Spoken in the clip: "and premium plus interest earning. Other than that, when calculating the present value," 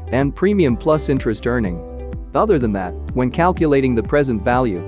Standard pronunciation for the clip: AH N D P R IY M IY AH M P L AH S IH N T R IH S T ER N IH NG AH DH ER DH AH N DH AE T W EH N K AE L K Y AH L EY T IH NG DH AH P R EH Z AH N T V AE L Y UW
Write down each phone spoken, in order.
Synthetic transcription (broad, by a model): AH N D P R IY M IY AH M P L AH S IH N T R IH S T ER N IH NG AH DH ER DH AH N DH AE T W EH N K AE L K Y AH L EY T IH NG DH AH P R EH Z AH N T V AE L Y UW